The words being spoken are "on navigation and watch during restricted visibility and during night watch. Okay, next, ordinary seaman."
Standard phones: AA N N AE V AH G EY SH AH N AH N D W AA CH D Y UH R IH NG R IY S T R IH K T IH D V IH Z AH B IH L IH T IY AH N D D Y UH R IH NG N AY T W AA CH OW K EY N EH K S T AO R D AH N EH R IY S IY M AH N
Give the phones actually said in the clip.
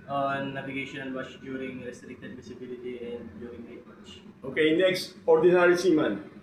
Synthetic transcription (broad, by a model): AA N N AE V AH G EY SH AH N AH N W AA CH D Y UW R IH NG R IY S T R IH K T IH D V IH S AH B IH L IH T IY AH N D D Y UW R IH NG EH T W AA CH OW K EY N EH K S T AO R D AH N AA R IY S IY M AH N